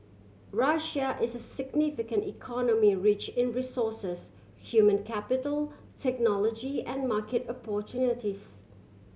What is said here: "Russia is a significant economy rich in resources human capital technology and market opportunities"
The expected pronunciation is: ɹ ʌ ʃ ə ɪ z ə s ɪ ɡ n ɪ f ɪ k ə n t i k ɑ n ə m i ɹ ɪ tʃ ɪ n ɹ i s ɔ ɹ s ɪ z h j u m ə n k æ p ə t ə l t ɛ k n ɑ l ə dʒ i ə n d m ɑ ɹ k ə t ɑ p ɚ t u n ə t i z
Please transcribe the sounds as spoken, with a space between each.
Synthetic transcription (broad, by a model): ɹ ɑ ʃ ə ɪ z ə s ɪ ɡ n ɪ f ɪ k ə n t i k ɑ n ə m i ɹ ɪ tʃ ɪ n ɹ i s ɔ s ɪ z h j u m ə n k æ p ə t ə l t ɛ k n ɑ l ə dʒ i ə n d m ɑ k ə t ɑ p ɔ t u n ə t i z